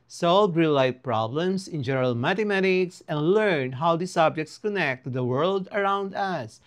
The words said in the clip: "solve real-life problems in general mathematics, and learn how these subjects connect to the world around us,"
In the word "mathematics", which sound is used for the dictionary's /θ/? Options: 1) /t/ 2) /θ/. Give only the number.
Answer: 1